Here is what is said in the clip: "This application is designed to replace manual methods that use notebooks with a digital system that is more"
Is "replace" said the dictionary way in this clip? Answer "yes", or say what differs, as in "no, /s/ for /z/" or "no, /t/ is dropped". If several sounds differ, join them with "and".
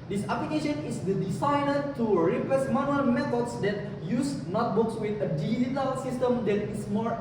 no, /l/ is dropped